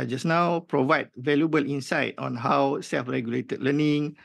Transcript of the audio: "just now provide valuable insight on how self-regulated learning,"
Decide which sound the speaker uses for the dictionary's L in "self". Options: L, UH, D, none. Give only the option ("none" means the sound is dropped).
L